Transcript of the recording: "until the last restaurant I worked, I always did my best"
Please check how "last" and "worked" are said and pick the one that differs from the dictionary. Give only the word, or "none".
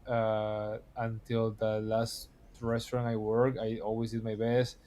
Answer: worked